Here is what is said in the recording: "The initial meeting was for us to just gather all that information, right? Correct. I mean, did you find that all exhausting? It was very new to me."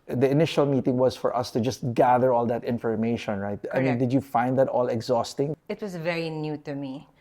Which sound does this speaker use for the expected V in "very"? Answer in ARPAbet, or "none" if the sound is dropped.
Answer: V